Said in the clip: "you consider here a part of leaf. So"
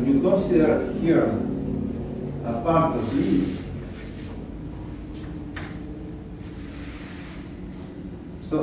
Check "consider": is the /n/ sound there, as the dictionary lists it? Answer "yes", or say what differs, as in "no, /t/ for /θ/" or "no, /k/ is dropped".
no, /n/ is dropped